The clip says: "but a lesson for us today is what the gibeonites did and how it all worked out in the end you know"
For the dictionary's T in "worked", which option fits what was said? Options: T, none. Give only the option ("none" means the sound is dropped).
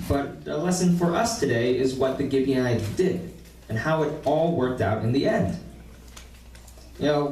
T